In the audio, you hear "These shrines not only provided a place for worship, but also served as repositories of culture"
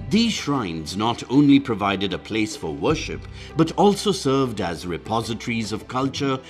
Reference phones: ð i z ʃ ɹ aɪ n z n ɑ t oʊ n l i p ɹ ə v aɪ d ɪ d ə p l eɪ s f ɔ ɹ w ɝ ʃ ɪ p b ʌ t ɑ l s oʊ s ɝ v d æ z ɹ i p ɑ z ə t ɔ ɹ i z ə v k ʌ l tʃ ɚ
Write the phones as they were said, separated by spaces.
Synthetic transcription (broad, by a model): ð i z ʃ ɹ aɪ n z n ɑ t oʊ n l i p ɹ ə v aɪ d ɪ d ə p l eɪ s f ɔ ɹ w ɝ ʃ ɪ p b ʌ t ɑ l s oʊ s ɝ v d æ z ɹ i p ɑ z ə t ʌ ɹ i z ə v k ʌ l tʃ ɚ